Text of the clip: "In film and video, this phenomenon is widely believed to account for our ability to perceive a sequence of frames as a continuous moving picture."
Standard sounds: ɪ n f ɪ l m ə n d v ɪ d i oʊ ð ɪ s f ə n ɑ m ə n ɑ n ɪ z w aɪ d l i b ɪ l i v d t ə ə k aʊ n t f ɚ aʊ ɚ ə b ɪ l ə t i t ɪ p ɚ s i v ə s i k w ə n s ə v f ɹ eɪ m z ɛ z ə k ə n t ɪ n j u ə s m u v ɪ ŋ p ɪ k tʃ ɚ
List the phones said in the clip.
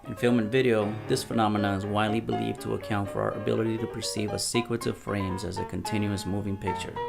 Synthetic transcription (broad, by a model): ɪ n f ɪ l m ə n v ɪ d i oʊ ð ɪ s f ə n ɑ m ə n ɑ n ɪ z w aɪ d l i b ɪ l i v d t ə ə k aʊ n t f ɚ aʊ ɚ ə b ɪ l ə t i t ɪ p ɚ s i v ə s i k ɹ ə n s ə v f ɹ eɪ m z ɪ z ə k ə n t ɪ n j u ə s m u v ɪ ŋ p ɪ k tʃ ɚ